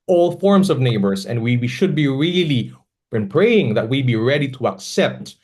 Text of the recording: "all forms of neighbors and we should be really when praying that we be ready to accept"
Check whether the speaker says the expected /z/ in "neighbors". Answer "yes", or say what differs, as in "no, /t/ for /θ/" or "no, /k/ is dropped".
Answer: no, /s/ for /z/